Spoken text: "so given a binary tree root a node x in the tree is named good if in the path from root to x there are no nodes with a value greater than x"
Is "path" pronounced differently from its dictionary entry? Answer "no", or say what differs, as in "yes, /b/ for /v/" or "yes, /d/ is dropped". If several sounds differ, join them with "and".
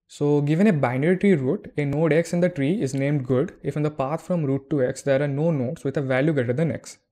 yes, /t/ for /θ/